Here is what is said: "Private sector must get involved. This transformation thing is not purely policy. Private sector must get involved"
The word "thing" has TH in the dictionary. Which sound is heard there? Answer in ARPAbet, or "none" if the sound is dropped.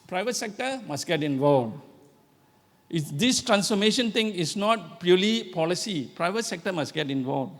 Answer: T